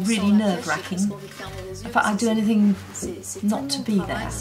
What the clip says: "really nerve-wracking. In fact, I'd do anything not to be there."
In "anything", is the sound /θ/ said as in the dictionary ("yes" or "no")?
yes